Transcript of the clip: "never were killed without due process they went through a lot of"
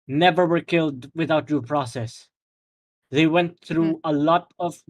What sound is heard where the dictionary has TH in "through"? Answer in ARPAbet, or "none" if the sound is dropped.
TH